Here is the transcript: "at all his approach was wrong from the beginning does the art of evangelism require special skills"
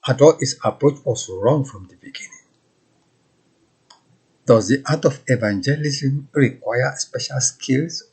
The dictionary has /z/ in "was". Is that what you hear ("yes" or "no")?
no